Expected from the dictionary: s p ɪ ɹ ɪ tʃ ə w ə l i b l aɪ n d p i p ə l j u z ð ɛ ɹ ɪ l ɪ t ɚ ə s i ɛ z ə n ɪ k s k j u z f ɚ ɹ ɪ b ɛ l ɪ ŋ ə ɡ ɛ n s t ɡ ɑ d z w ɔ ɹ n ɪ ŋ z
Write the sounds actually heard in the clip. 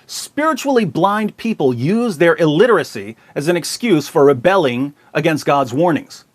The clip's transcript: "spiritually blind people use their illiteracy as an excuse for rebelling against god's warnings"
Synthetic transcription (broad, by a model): s p ɪ ɹ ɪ tʃ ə l i b l aɪ n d p i p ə l j u z ð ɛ ɹ ɪ l ɪ t ɚ ə s i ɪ z ə n ɪ k s k j u z f ɚ ɹ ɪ b ɛ l ɪ ŋ ə ɡ ɛ n s t ɡ ɑ d z w ɔ ɹ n ɪ ŋ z